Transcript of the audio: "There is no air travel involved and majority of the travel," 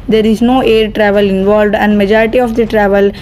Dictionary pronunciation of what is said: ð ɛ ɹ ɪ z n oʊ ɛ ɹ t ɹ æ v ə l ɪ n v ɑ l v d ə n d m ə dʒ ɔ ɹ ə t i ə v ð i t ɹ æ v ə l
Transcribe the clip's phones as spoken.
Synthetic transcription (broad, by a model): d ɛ ɹ ɪ z n oʊ ɛ ɹ t ɹ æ v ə l ɪ n v ɑ l v d ə n d m ə dʒ ɔ ɹ ə t i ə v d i t ɹ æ v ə l